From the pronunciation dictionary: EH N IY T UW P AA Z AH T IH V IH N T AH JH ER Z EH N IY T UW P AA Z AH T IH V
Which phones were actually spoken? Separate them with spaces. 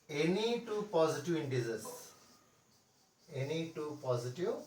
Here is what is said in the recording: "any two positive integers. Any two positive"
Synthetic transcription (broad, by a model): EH N IY T UW P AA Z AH T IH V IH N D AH Z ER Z EH N IY T UW P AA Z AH T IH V